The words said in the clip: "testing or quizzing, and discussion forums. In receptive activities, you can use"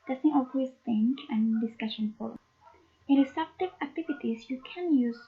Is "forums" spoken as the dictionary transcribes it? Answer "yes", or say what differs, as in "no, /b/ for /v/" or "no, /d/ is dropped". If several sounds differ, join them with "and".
no, /z/ is dropped